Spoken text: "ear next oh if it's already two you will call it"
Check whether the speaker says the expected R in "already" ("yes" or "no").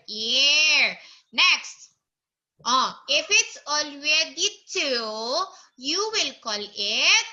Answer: no